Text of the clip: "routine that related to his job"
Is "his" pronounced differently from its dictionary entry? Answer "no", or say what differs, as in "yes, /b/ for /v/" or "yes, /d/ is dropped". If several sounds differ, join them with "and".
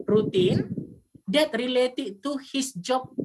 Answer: yes, /s/ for /z/